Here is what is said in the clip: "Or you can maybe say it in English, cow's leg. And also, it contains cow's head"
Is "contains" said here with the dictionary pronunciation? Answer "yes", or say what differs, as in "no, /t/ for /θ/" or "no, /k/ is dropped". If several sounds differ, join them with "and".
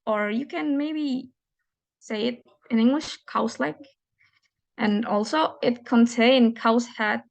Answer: no, /z/ is dropped